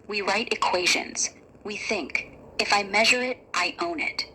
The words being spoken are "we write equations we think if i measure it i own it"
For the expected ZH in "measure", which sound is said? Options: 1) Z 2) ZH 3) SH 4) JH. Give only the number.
2